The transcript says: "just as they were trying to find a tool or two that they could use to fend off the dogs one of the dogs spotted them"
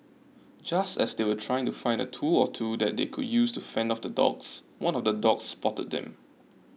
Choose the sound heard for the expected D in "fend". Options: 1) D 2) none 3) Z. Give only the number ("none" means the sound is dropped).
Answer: 1